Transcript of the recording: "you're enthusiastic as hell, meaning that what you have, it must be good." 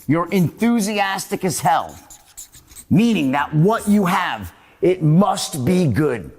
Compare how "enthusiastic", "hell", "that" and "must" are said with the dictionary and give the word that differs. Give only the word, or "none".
none